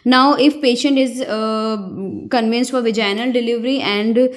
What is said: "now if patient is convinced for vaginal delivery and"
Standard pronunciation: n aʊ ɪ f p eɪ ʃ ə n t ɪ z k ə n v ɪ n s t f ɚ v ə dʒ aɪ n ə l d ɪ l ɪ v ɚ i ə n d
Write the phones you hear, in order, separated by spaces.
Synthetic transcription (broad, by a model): n aʊ ɪ f p eɪ ʃ ə n t ɪ z k ə n v ɪ n s t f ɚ v ə dʒ aɪ n ə l d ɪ l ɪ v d i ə n d